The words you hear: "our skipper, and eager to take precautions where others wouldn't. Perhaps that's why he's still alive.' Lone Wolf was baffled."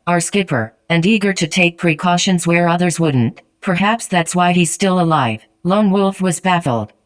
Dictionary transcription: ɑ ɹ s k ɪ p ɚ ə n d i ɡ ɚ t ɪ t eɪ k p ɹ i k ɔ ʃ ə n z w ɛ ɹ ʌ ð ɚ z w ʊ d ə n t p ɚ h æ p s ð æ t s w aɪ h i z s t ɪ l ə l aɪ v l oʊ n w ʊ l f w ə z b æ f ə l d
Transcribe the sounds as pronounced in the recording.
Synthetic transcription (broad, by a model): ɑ ɹ s k ɪ p ɚ ə n d i ɡ ɚ t ɪ t eɪ k p ɹ i k ɔ ʃ ə n z w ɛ ɹ ʌ ð ɚ z w ʊ d n t p ɚ h æ p s ð æ t s w aɪ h i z s t ɪ l ə l aɪ v l oʊ n w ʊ l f w ə z b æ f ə l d